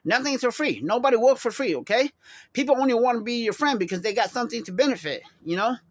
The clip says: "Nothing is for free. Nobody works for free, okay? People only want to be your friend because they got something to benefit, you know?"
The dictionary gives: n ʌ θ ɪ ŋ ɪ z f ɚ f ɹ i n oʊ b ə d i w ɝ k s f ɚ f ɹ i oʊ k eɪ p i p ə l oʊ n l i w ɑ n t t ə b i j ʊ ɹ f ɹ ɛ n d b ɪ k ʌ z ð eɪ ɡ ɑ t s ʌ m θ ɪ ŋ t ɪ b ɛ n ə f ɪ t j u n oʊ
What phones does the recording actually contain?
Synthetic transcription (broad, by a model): n ʌ θ ɪ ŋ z f ɚ f ɹ i n oʊ b ə d i w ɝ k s f ɚ f ɹ i oʊ k eɪ p i p l oʊ n l i w ɑ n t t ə b i j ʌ ɹ f ɹ ɛ n d b ɪ k ʌ z ð eɪ ɡ ɑ t s ʌ m θ ɪ ŋ t ɪ b ɛ n ə f ɪ t j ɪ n oʊ